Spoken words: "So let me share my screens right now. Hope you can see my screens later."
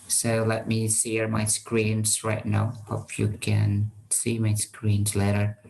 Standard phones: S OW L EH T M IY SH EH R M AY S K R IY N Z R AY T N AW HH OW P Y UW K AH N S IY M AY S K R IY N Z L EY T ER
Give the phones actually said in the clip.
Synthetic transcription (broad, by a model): S OW L EH T M IY S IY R M AY S K R IY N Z R AY T N AW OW F Y UW K AH N S IY M AY S K R IY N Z L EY T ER